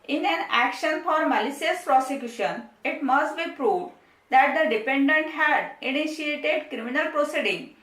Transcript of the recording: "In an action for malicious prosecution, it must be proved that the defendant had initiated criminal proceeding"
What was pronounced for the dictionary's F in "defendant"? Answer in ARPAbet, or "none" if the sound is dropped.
P